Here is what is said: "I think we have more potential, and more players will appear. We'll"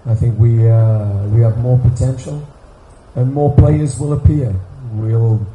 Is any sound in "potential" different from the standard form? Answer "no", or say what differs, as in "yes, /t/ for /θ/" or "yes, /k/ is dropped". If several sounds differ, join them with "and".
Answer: no